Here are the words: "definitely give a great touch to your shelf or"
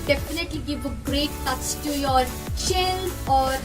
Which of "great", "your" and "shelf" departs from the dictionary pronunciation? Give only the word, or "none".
shelf